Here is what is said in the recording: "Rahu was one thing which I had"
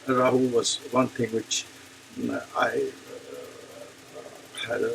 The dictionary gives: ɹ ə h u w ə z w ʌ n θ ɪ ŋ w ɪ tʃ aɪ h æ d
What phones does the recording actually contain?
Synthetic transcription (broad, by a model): ɹ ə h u w ə z w ʌ n θ ɪ ŋ w ɪ tʃ aɪ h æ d